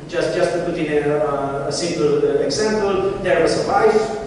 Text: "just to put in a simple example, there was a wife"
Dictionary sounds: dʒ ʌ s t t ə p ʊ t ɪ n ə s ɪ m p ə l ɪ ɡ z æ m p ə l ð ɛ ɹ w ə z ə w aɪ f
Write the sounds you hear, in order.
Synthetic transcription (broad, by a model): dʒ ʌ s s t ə p ʊ t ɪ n ə s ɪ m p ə l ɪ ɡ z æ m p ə l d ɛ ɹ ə s ə aɪ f